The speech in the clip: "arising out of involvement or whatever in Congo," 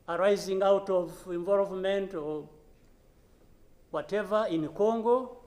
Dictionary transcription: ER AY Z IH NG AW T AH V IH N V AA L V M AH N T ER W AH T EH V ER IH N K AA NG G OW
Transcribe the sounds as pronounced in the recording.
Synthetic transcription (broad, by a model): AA AY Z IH NG AW T AH V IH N V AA L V M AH N T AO W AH T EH V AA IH N K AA NG G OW